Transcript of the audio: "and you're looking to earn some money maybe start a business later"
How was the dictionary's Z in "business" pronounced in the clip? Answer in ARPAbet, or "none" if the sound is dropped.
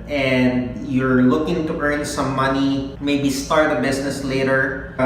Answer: S